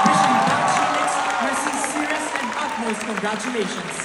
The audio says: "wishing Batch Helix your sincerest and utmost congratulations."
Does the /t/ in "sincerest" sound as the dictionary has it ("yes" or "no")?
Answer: no